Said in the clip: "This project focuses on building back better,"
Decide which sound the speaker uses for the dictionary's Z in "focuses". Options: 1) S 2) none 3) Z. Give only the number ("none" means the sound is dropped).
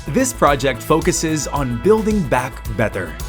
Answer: 3